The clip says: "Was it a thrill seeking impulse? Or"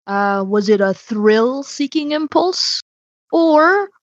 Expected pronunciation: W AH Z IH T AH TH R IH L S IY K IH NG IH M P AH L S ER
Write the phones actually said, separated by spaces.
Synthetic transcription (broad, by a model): W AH Z IH T AH TH R IH L S IY K IH NG IH M P AH L S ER